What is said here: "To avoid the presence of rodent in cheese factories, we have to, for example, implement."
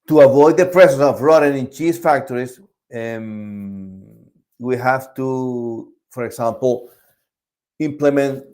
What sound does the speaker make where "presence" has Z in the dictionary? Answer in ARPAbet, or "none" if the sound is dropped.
S